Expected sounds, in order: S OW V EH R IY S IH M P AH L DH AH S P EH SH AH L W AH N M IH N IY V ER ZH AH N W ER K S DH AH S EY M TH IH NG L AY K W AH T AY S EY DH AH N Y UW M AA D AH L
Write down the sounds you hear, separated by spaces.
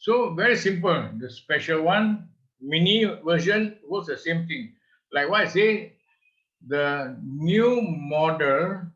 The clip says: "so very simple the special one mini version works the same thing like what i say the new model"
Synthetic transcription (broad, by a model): S OW V EH R IY S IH M P AH L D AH S P EH SH AH L W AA N M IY N IY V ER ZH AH N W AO S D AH S EY M T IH NG L AY K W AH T AY S EY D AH N Y UW M AA D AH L